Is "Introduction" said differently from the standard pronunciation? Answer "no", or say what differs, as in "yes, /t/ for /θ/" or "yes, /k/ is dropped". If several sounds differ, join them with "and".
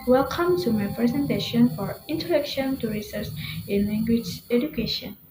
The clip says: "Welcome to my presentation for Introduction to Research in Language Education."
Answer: yes, /ɹ/ is dropped